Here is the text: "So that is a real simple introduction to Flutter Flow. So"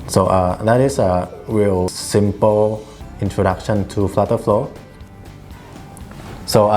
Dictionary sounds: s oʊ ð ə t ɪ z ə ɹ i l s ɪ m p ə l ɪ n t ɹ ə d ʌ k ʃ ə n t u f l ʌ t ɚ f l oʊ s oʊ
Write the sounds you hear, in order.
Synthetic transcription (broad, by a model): s oʊ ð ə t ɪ s ə w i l s ɪ m p ə l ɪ n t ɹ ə d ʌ k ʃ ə n t u f l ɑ t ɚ f l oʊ s oʊ